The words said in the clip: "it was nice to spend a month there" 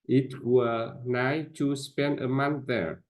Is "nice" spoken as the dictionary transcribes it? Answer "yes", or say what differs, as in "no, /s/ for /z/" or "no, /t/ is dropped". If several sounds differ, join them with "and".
no, /s/ is dropped